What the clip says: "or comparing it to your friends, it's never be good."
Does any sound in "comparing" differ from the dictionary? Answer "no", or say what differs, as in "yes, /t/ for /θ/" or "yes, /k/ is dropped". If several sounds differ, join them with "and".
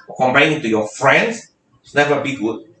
yes, /ɹ/ is dropped